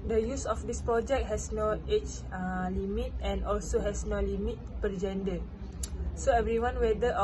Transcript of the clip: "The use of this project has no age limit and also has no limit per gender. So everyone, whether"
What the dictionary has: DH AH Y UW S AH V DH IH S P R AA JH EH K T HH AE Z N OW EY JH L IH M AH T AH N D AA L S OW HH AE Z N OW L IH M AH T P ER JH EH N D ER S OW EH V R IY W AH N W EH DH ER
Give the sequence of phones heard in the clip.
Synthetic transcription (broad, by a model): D AH Y UW S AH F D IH S P R AA JH EH K T HH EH S N OW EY CH L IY M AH T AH N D AA L S OW HH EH S N OW L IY M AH T P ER JH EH N D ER S OW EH V R IY W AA N W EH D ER